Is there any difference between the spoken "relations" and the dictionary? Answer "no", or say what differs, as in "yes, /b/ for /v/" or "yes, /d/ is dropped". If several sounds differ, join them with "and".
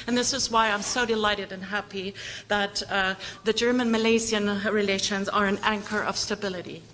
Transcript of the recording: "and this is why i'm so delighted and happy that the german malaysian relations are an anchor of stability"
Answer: no